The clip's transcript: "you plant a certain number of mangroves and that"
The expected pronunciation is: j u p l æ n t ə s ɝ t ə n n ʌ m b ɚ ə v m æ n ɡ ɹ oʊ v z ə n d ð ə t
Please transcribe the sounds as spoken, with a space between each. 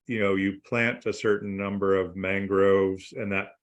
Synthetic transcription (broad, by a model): j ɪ p l æ n t ə s ɝ t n n ʌ m b ɚ ə v m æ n ɡ ɹ oʊ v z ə n ð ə t